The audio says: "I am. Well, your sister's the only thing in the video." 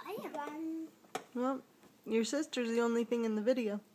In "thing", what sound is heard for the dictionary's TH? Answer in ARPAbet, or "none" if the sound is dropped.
TH